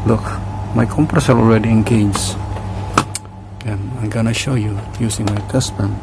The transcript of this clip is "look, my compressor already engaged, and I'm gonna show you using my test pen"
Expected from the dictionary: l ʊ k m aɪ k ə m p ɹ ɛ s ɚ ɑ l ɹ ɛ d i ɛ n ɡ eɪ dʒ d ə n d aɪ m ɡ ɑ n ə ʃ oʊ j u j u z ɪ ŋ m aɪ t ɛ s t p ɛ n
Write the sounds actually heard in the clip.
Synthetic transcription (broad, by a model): l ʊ k m aɪ k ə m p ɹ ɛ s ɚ ɑ l ɹ ɛ d i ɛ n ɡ eɪ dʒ ə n aɪ m ɡ ɑ n ə ʃ oʊ j u j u s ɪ ŋ m aɪ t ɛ s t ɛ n